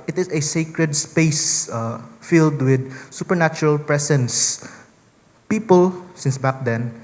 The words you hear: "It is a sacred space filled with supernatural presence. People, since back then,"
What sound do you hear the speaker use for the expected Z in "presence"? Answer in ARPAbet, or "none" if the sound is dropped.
S